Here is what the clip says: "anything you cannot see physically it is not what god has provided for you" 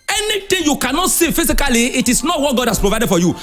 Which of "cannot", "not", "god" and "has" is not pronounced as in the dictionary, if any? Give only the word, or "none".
has